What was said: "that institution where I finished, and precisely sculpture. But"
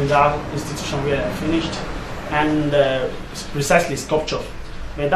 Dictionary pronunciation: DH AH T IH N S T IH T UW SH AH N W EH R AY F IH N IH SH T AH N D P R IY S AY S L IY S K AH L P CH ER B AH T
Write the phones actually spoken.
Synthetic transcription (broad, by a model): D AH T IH N S T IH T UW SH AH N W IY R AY F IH N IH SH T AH N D P R IY S AY S L IY S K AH P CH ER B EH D